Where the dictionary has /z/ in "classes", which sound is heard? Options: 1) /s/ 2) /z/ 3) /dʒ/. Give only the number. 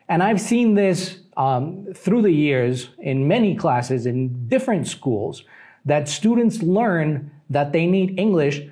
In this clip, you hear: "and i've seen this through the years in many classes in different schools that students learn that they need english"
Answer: 2